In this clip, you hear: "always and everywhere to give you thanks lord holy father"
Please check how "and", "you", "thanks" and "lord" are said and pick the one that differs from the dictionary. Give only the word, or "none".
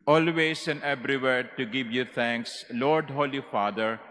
thanks